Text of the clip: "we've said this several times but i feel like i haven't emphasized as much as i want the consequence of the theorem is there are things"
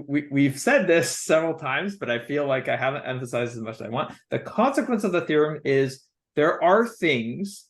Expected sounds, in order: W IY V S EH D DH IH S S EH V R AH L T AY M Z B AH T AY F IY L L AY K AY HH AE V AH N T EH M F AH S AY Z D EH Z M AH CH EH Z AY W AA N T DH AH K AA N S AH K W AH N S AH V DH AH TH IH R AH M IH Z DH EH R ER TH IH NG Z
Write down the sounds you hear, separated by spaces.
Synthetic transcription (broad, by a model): W IY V S EH D DH IH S S EH V R L T AY M Z B AH T AY F IY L L AY K AY HH AE V AH N T EH M F AH S AY Z D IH Z M AH CH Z AY W AA N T DH AH K AA N S AH K W AH N S AH V DH AH TH IH R AH M IH Z DH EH R ER TH IH NG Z